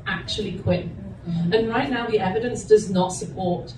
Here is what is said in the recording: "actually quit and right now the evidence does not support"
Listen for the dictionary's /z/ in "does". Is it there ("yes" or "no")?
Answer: yes